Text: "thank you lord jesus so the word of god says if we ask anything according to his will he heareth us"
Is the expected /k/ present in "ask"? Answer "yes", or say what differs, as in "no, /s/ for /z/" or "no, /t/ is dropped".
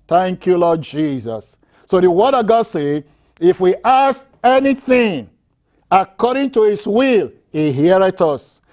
no, /k/ is dropped